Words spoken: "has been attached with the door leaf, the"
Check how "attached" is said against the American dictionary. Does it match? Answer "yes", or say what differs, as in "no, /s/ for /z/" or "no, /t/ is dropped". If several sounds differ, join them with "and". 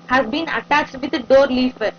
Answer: yes